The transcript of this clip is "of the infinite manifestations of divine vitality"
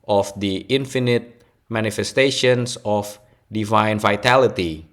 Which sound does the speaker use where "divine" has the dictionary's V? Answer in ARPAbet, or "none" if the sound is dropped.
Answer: V